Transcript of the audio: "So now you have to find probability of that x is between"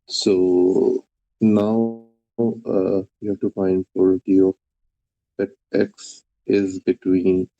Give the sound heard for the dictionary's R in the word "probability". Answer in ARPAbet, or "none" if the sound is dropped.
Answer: none